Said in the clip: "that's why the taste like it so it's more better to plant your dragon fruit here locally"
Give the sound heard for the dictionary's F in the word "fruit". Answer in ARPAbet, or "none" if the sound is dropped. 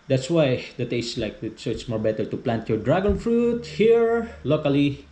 F